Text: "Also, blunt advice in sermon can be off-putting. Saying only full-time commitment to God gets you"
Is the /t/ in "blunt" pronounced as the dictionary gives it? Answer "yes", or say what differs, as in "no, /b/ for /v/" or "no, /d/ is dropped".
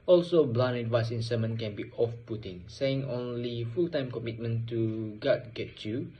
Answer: no, /t/ is dropped